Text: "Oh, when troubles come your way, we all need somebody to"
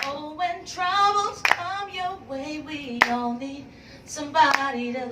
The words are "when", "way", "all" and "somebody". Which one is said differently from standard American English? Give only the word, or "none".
all